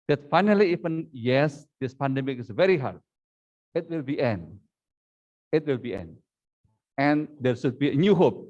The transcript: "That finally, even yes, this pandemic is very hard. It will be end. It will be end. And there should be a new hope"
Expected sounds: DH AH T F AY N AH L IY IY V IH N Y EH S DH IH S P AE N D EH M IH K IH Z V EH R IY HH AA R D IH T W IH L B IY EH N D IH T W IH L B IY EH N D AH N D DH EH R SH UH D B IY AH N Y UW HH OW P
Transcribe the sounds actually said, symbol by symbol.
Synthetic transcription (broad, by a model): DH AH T F AY N AH L IY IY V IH N Y EH S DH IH S P AE N D EH M IH K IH S V EH R IY HH AA R D IH T W IH L B IY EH N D IH T W IH L B IY EH N D AH N D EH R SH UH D B IY AH N Y UW HH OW P